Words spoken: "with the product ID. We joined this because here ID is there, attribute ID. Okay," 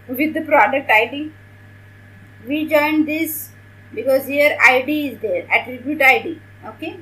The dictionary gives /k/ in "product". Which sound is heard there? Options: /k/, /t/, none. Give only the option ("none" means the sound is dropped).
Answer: /k/